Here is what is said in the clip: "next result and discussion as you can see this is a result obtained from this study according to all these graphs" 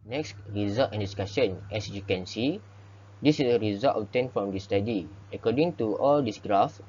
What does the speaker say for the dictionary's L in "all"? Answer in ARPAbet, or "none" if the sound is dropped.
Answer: L